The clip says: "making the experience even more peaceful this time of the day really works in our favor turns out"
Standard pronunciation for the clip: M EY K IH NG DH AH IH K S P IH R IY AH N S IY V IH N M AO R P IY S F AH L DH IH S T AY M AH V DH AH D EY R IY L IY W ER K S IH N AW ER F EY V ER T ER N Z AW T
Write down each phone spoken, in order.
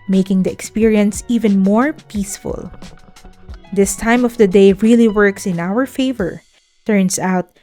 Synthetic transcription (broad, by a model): M EY K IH NG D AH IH K S P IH R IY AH N S IY V IH N M AO R P IY S F AH L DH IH S T AY M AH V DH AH D EY R IY L IY W ER K S IH N AW ER F EY V ER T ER N S AW T